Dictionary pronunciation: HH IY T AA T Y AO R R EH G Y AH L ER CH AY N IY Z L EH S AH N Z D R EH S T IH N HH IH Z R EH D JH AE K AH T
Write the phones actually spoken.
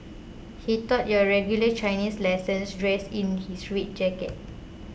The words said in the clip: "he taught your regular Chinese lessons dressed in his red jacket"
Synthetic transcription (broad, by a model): HH IY T AA T Y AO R R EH G Y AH L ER CH AY N IY S L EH S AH N S D R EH S IH N HH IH S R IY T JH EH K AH T